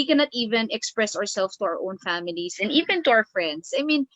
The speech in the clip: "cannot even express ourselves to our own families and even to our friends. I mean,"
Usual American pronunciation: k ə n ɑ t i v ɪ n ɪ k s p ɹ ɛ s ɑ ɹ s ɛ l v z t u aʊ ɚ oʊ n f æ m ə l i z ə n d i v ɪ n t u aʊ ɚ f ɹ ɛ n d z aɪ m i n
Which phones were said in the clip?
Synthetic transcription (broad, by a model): k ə n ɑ t i v ɪ n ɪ k s p ɹ ɛ s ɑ ɹ s ɛ l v s t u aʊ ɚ oʊ n f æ m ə l i s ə n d i v ɪ n t u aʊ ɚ f ɹ ɛ n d s aɪ m i n